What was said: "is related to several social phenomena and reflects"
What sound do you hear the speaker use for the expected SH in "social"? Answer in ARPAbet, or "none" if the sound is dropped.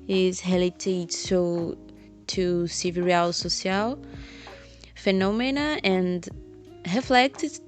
S